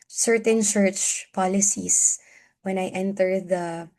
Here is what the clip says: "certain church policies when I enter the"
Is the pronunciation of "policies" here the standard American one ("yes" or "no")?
no